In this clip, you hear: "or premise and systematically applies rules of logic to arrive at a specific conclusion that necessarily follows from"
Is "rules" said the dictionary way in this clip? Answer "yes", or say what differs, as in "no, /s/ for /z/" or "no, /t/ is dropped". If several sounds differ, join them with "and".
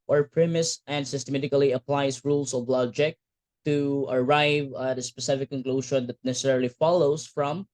no, /s/ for /z/